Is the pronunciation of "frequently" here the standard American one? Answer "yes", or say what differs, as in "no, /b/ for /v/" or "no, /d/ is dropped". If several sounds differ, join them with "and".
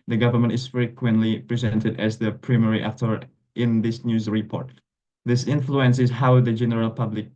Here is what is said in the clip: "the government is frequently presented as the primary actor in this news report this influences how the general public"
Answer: yes